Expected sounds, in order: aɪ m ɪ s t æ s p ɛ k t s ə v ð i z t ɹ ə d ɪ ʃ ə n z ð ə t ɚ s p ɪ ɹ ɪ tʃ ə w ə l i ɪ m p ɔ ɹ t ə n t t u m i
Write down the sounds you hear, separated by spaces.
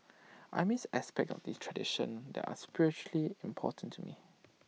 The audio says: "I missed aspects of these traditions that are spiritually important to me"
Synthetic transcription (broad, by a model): aɪ m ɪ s æ s p ɛ k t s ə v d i s t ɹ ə d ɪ ʃ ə n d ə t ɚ s p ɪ ɹ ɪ tʃ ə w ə l i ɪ m p ɔ t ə n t t u m i